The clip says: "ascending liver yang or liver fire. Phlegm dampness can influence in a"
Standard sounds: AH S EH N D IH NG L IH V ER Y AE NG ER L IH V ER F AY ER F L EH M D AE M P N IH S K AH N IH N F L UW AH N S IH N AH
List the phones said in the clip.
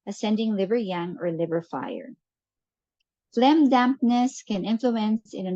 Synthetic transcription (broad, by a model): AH S EH N D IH NG L IH V ER Y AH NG ER L IH V ER F AY ER F L EH M D AE M P N IH S K AH N IH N F L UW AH N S IH N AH